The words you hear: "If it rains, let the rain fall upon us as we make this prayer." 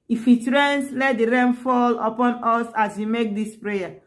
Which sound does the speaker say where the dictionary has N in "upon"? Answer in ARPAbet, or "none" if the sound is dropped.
N